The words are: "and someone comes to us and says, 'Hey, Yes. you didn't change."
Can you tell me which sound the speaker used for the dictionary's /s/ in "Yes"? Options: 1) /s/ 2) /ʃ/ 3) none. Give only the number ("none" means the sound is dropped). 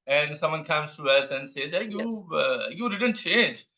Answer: 3